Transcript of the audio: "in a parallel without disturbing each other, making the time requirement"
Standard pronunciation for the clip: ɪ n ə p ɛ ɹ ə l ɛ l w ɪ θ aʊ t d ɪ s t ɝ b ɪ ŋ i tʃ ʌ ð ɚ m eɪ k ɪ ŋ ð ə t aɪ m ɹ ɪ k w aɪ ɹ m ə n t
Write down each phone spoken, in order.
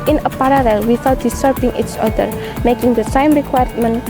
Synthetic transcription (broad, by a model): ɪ n ə p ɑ ɹ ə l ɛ l w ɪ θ aʊ t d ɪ s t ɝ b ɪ ŋ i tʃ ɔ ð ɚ m eɪ k ɪ ŋ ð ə s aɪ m ɹ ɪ k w aɪ m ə n